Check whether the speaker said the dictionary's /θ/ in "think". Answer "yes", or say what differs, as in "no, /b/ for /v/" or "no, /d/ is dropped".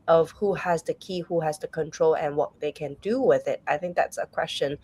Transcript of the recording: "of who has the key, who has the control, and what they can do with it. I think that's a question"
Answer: yes